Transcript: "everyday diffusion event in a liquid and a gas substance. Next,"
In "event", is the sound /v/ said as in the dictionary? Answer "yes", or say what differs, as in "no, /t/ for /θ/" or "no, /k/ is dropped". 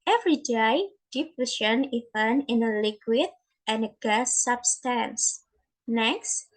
no, /v/ is dropped